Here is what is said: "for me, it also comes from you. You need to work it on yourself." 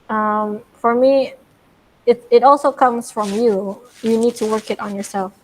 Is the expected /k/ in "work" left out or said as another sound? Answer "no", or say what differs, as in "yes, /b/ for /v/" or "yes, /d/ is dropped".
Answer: no